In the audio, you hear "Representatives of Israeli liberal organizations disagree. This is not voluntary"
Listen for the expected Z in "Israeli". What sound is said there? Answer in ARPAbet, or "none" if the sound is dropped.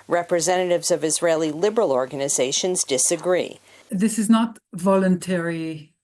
Z